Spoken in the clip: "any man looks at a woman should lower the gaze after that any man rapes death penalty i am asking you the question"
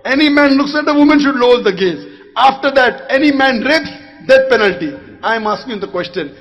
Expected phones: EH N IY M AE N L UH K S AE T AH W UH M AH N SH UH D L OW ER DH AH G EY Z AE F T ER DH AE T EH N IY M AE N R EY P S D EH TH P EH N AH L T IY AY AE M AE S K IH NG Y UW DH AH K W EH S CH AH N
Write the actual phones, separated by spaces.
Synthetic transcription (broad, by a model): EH N IY M AE N L UH K S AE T AH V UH M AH N SH UH D L OW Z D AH G EY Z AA F T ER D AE T EH N IY M AE N R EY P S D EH T P EH N AH L T IY AY M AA S K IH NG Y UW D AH K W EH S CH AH N